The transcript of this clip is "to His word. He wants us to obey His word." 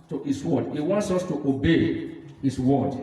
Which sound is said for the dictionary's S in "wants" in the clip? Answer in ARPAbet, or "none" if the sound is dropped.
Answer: S